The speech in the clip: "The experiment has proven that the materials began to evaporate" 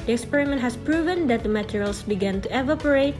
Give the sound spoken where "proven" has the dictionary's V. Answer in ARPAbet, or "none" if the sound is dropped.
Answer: V